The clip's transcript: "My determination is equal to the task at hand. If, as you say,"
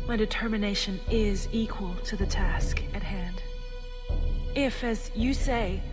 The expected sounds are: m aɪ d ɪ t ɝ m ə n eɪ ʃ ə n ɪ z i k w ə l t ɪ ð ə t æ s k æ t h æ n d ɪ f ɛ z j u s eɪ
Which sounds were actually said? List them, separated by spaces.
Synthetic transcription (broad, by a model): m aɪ d ɪ t ɝ m ə n eɪ ʃ ə n ɪ z i k w ə l t ɪ ð ə t æ s k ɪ t h æ n d ɪ f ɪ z j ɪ s eɪ